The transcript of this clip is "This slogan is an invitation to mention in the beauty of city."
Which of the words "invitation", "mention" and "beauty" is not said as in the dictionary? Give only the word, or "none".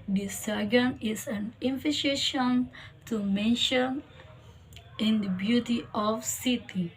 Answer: invitation